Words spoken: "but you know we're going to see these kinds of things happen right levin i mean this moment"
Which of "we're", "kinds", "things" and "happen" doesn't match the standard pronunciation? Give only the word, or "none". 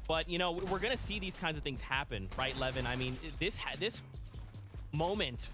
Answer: none